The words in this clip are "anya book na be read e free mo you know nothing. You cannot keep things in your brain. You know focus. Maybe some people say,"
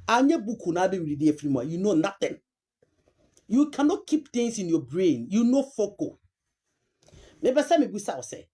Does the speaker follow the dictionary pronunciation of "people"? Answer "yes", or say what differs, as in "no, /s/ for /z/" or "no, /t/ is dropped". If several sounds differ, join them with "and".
no, /b/ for /p/ and /w/ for /l/